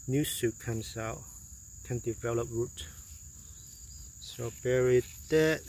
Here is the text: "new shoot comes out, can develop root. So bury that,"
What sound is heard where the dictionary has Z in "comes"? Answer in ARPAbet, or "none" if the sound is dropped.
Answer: S